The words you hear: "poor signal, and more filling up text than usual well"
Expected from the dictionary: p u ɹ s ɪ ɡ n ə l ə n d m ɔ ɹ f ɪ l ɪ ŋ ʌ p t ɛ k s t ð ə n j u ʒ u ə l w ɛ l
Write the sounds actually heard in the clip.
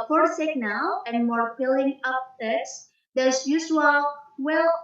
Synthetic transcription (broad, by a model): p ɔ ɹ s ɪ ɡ n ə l ə n d m ɔ ɹ p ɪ l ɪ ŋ ʌ p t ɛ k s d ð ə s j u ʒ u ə l w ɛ l